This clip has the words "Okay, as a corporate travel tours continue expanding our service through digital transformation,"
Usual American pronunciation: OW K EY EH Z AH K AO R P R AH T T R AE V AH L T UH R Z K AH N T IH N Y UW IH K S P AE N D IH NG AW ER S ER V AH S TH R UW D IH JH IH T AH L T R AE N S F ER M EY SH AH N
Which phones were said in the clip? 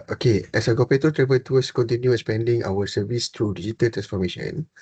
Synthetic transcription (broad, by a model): OW K EY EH S AH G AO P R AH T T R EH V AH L T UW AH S K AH N T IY N Y UW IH S P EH N D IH NG AW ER S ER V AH S T R UW D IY JH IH T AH L T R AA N S F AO M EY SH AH N